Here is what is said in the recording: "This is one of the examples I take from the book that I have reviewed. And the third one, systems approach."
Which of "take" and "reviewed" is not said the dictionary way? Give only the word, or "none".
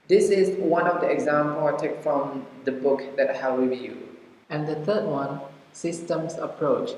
reviewed